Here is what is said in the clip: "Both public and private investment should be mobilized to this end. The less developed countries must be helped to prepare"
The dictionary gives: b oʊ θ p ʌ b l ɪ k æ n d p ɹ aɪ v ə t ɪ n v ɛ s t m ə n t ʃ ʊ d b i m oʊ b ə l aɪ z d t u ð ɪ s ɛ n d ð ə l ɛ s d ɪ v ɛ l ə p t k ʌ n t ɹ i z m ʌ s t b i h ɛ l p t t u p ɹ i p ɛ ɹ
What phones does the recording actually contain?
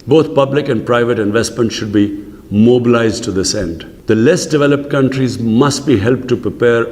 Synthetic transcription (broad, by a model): b oʊ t p ʌ b l ɪ k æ n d p ɹ aɪ v ə t ɪ n v ɛ s t m ə n t ʃ ʊ d b i m oʊ b ə l aɪ z d t u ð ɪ s ɛ n d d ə l ɛ s d ɪ v ɛ l ə p t k ʌ n t ɹ i z m ʌ s t b i h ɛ l p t t u p ɹ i p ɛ ɹ